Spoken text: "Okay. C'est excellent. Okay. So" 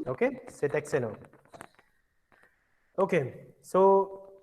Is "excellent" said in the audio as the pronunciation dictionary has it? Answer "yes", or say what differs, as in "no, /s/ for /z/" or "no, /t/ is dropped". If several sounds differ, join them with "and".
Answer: no, /l/ is dropped